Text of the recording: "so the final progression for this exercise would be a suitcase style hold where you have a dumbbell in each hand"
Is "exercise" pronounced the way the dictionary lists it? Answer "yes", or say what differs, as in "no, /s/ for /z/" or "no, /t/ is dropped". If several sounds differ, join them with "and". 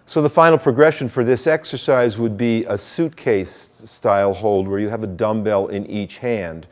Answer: yes